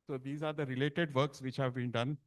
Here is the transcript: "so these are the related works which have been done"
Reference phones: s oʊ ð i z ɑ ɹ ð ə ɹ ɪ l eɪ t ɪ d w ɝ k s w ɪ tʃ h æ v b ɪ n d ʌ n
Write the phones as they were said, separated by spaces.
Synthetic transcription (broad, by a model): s oʊ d i z ɑ ɹ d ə ɹ ɪ l eɪ t ɪ d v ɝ k s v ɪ tʃ h æ v b ɪ n d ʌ n